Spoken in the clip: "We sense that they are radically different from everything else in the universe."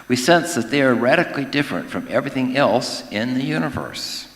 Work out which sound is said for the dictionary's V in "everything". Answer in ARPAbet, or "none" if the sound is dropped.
V